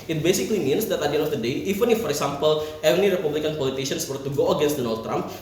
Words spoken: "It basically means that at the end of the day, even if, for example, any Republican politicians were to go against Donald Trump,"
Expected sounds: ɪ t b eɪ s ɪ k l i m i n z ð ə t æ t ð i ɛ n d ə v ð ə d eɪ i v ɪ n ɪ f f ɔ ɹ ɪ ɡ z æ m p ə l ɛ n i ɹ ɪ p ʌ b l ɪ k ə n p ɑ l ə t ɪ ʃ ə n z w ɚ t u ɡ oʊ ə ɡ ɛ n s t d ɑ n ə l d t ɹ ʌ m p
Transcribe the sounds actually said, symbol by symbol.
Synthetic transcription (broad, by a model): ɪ t b eɪ s ɪ k l i m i n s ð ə t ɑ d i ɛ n ə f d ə d eɪ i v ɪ n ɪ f f ɔ ɹ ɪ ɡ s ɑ m p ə l ɛ n i ɹ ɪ p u b l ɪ k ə n p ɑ l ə t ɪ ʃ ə n s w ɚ t u ɡ oʊ ə ɡ ɛ n s t d ɑ n ə l d t ɹ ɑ m p